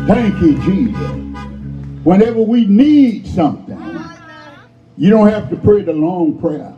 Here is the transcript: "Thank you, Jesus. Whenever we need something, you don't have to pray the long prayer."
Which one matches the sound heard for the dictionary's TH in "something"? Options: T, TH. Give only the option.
TH